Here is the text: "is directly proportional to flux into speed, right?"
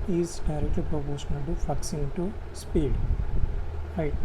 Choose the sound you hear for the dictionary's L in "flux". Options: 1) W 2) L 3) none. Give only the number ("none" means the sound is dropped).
3